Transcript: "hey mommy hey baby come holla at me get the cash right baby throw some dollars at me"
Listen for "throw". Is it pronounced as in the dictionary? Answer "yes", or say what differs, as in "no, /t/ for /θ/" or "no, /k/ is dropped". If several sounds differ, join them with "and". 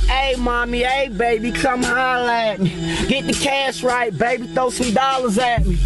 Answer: no, /ɹ/ is dropped